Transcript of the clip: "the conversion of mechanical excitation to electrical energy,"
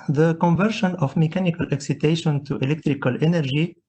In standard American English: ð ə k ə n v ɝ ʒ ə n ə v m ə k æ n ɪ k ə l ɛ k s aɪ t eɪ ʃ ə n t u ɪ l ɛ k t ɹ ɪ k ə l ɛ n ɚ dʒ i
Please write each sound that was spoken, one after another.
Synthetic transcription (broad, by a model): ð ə k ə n v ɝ ʃ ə n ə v m ə k æ n ɪ k ə l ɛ k s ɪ t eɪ ʃ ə n t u ɪ l ɛ k t ɹ ɪ k ə l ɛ n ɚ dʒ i